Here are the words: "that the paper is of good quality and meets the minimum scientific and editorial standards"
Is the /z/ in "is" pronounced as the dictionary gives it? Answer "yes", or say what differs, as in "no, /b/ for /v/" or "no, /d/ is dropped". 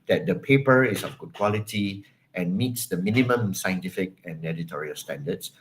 no, /s/ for /z/